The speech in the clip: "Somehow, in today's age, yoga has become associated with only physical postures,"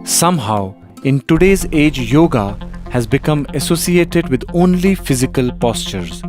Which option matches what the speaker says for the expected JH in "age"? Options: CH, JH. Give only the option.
JH